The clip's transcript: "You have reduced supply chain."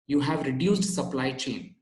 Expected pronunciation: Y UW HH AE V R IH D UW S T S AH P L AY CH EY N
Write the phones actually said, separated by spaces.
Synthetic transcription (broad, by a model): Y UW HH AE V R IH D UW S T S AH P L AY CH EY N